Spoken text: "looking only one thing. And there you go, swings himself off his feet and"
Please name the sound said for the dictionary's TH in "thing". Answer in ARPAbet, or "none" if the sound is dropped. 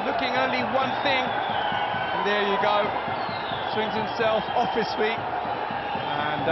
TH